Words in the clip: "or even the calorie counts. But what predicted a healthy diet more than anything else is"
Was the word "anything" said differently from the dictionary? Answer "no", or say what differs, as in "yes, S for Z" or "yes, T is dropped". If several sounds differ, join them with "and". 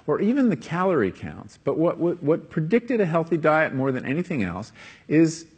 no